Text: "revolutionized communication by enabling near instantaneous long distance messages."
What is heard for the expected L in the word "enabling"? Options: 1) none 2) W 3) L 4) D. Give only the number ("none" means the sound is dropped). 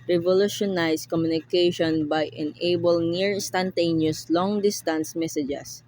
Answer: 1